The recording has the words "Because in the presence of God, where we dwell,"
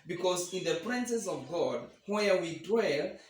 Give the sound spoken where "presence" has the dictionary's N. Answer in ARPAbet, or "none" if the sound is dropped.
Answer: none